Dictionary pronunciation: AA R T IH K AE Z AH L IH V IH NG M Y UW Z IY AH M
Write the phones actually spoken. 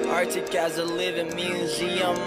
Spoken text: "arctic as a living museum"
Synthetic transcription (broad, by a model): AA R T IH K AE Z AH L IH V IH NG M Y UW Z IY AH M